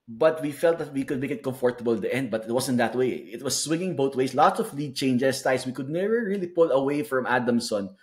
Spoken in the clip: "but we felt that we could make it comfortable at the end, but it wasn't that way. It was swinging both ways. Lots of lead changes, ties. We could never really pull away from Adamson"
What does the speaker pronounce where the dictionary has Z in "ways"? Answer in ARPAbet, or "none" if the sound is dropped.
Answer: S